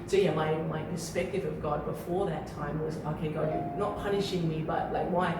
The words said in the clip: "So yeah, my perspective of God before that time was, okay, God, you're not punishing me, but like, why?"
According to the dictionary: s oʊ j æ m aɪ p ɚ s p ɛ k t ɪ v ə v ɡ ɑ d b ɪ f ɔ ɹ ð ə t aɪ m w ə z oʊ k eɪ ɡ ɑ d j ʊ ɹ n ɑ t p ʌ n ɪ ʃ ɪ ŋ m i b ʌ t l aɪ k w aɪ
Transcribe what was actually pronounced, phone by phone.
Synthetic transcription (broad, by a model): s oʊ j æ m aɪ p ɚ s p ɛ k t ɪ v ə v ɡ ɑ d b ɪ f ɔ ɹ ð ə t aɪ m w ə z oʊ k eɪ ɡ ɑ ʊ n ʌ t p ʌ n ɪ ʃ ɪ ŋ m i b ʌ t l aɪ k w aɪ